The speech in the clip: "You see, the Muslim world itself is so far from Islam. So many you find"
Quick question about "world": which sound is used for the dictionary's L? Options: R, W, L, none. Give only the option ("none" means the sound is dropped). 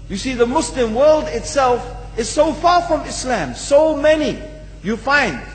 L